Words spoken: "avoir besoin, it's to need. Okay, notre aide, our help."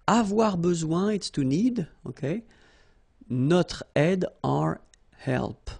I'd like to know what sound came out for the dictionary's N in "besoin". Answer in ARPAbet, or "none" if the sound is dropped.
none